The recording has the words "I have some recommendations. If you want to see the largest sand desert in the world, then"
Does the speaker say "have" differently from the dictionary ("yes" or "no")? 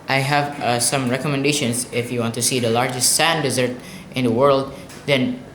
no